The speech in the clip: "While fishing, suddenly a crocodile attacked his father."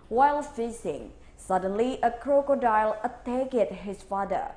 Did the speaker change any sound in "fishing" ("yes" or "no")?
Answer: yes